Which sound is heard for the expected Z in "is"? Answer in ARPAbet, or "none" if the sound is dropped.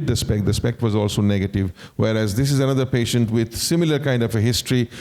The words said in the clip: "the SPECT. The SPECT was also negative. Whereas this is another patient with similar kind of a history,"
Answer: Z